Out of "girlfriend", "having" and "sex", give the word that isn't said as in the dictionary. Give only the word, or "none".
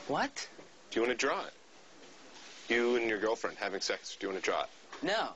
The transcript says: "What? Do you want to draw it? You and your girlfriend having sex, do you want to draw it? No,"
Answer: none